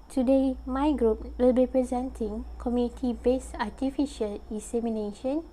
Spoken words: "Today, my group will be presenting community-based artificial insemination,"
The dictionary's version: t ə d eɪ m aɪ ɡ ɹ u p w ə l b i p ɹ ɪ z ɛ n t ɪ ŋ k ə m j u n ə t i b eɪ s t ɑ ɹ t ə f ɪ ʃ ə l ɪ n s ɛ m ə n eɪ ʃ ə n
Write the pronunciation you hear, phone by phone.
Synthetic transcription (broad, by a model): t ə d eɪ m aɪ ɡ ɹ u p w ə l b i p ɹ ɪ z ɛ n t ɪ ŋ k ə m j u n ə t i b eɪ s ɑ t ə f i ʃ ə l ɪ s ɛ m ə n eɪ ʃ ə n